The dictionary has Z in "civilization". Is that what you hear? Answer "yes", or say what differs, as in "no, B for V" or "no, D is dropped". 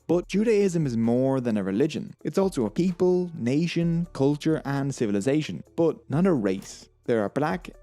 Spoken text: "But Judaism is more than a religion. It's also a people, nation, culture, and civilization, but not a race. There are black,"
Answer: yes